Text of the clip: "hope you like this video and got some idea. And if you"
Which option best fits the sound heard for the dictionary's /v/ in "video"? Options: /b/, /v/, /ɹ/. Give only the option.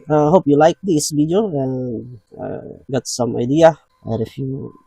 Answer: /b/